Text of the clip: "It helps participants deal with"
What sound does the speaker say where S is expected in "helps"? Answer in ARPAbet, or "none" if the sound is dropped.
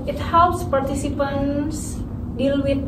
S